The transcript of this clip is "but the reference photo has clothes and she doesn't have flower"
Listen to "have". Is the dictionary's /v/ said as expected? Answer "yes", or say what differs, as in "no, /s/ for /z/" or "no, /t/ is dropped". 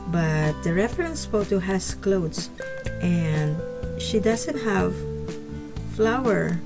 yes